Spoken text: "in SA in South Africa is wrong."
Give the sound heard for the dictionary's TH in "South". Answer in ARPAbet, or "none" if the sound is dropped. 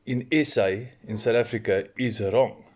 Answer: T